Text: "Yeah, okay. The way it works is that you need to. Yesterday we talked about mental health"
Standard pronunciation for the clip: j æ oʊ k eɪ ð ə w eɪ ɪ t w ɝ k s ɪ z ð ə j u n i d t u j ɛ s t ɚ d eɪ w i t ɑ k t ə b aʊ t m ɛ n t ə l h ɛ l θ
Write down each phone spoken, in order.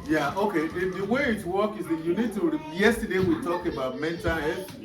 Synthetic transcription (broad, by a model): j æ oʊ k eɪ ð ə w eɪ ɪ t w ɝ k ɪ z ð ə j u n i d t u j ɛ s t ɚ d eɪ w i t ɑ k ə b aʊ t m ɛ n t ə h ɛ